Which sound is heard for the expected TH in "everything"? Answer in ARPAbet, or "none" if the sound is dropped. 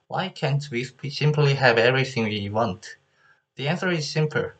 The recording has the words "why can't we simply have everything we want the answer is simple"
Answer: TH